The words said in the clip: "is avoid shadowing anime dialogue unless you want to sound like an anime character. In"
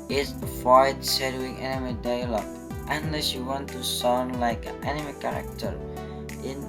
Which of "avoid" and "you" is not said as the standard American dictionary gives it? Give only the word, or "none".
avoid